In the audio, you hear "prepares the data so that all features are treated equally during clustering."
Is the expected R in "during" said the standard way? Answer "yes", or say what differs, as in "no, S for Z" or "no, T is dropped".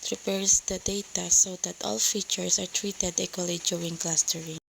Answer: no, R is dropped